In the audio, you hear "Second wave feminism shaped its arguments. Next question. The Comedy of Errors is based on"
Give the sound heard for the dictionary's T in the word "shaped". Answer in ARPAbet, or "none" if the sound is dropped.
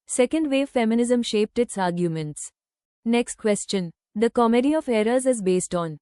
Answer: T